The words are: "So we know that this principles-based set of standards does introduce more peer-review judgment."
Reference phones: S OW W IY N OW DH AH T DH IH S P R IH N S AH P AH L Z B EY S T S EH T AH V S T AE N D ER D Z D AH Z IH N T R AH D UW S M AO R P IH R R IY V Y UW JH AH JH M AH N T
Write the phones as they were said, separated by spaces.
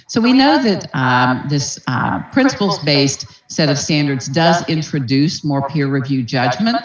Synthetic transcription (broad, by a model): S OW W IY N OW DH AH T DH IH S P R IH N S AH P L Z B EY S T S EH T AH V S T AE N D ER D Z D AH Z IH N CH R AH D UW S M AO R P IH R R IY V Y UW JH AH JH M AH N T